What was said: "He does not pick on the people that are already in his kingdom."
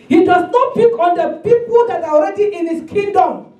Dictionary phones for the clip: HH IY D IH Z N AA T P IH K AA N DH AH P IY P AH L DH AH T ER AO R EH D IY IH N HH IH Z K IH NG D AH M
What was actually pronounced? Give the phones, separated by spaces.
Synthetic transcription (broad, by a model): HH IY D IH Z N AA T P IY K AA N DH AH P IY P AH L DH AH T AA AO R EH D IY IH N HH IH S K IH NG D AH M